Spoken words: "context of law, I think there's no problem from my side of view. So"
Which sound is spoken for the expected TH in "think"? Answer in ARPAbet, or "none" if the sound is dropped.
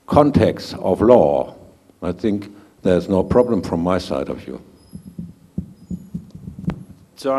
TH